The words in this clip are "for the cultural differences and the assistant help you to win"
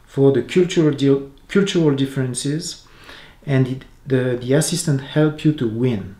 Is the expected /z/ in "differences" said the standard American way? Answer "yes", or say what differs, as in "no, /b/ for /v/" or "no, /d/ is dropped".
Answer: yes